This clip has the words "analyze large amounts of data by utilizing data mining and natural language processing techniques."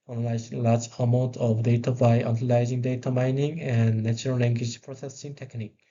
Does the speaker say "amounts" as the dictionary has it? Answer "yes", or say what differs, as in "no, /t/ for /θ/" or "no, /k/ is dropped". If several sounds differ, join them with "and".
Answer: no, /s/ is dropped